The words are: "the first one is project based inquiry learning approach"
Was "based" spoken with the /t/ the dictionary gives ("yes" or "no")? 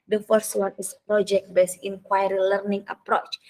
no